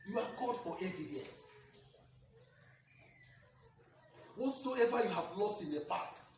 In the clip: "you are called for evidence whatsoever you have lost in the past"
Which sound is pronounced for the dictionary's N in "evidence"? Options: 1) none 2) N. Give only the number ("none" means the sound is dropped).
1